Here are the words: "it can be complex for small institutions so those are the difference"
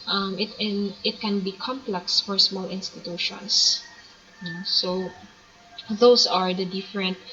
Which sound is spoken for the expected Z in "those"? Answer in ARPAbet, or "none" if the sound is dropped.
S